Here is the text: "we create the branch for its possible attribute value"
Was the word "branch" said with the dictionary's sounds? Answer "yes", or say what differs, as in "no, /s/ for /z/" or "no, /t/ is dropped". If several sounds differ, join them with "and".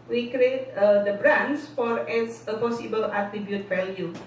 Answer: no, /s/ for /tʃ/